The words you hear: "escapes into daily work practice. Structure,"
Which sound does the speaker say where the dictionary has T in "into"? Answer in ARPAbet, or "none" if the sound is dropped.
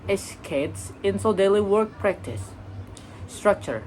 S